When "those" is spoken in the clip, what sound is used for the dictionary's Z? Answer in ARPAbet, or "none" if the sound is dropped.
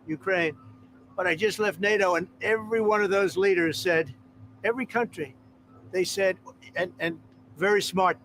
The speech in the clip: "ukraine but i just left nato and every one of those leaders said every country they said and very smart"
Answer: Z